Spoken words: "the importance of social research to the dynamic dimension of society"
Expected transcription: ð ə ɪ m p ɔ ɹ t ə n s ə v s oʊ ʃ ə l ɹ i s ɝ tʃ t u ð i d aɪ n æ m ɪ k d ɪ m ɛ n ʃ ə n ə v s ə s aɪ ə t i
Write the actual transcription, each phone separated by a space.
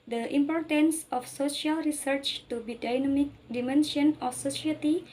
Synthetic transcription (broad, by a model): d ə ɪ m p ɔ ɹ t ə n s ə f s oʊ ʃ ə l ɹ i s ɝ tʃ t u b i d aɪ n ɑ m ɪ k d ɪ m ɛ n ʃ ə n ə f s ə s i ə t i